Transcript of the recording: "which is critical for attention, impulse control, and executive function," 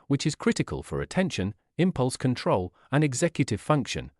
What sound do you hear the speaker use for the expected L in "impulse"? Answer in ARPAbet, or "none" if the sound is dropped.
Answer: L